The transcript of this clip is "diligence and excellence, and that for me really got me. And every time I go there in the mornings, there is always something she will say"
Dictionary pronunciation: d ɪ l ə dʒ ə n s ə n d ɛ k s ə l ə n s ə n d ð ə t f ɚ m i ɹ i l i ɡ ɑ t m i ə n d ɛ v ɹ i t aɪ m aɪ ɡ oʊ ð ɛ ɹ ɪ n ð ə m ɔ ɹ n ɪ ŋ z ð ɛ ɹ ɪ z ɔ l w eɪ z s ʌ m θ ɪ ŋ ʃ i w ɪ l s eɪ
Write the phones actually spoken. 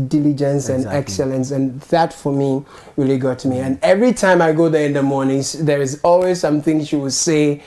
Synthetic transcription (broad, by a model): d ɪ l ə dʒ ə n s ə n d ɛ k s ə l ə n s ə n ð ə t f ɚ m i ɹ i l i ɡ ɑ t m i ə n ɛ v ɹ i t aɪ m aɪ ɡ oʊ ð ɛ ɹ ɪ n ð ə m ɔ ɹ n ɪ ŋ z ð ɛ ɹ ɪ z ɔ l w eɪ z s ʌ m θ ɪ ŋ ʃ i w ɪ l s eɪ